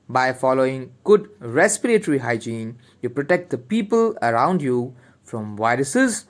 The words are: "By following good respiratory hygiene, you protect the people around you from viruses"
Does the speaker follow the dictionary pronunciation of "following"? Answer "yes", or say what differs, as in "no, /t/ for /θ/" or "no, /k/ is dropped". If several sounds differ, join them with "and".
yes